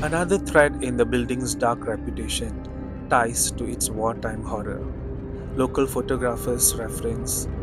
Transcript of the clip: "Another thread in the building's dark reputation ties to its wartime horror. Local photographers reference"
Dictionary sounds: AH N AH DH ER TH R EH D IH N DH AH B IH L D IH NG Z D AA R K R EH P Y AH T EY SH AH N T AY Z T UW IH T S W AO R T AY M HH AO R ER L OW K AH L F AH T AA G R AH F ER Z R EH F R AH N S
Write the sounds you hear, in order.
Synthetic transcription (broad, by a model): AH N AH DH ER T R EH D IH N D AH B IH L D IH NG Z D AA R K R EH P Y AH T EY SH AH N T AY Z T UW IH T S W AO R T AY M HH AO R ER L OW K AH L F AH T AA G R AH F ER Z R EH F R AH N S